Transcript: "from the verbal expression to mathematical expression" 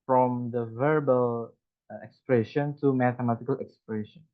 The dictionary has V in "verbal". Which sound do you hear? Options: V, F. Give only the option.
V